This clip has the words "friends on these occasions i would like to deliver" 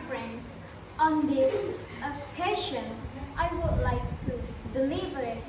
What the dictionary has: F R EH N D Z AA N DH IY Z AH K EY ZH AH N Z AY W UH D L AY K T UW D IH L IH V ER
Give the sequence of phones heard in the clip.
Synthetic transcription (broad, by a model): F R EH N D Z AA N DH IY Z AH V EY SH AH N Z AY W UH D L AY K T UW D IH L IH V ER